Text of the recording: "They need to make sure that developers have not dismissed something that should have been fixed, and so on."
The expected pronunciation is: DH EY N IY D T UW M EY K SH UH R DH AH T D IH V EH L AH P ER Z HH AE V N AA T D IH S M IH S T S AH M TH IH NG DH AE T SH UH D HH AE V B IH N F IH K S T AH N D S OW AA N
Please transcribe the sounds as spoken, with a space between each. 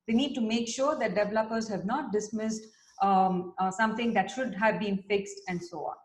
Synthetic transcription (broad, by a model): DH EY N IY D T UW M EY K SH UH R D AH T D IH V EH L AH P ER Z HH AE V N AA T D IH S M IH S T S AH M T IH NG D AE T SH UH D HH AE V B IH N F IH K S T AH N D S OW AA N